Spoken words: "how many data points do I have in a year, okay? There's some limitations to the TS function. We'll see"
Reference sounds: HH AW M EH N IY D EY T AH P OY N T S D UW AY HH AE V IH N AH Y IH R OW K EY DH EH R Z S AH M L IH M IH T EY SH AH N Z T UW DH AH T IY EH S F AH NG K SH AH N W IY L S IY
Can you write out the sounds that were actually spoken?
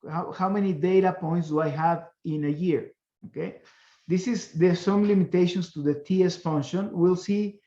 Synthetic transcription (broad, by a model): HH AW M EH N IY D EY T AH P OY N T S D UW AY HH AE V IH N AH Y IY R OW K EY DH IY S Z S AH M L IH M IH T EY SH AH N S T UW DH AH T IY EH S F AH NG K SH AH N W IY L S IY